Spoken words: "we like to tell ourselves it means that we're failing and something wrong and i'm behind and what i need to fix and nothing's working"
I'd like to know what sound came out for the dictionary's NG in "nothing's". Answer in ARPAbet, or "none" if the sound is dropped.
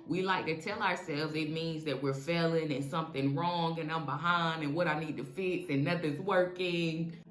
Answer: none